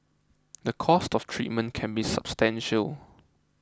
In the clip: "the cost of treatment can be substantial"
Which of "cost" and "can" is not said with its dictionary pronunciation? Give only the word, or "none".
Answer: none